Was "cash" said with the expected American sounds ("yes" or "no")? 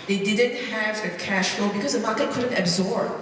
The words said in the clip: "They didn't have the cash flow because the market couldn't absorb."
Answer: yes